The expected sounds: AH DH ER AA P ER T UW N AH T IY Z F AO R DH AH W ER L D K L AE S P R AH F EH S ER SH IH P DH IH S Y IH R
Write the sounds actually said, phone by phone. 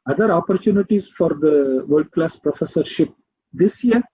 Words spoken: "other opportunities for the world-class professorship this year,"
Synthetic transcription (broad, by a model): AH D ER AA P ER T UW N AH T IY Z F AO R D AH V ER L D K L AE S P R AH F EH S ER SH IH P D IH S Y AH R